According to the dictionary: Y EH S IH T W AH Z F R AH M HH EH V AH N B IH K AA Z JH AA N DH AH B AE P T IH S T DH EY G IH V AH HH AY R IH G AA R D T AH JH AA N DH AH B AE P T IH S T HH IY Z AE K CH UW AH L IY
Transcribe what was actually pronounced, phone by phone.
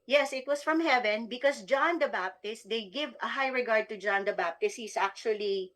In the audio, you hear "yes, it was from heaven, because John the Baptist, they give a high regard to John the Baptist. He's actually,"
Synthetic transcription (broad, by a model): Y EH S IH T W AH S F R AH M HH EH V AH N B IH K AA S JH AA N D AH B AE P T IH S T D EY G IH V AH HH AY R IH G AA R D T AH JH AA N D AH B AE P T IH S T HH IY S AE K CH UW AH L IY